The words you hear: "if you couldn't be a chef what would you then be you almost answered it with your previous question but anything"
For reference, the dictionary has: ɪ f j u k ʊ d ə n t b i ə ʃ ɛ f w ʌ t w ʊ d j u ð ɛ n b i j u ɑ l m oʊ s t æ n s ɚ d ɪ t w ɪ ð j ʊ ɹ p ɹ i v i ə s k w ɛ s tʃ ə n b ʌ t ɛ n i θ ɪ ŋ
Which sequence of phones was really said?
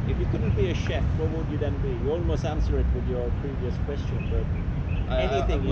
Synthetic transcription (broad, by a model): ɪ f j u k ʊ d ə n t b i ə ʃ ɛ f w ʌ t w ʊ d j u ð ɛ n b i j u ɑ l m oʊ s t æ n s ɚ ɪ t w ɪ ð j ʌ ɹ p ɹ i v i ə s k w ɛ s tʃ ə n b ʌ t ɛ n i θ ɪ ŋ